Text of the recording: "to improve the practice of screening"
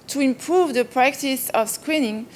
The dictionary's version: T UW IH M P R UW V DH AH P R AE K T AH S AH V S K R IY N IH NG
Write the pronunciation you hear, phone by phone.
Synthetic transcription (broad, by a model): T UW IH M P R UW V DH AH P R AE K T AH S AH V S K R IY N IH NG